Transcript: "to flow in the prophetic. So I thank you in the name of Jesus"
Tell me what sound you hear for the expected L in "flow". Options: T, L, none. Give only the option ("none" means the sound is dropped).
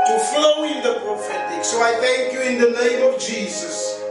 L